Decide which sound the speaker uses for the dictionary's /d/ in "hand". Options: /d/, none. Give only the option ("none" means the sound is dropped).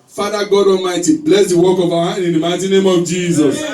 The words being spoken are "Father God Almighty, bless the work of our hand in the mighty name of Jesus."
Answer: none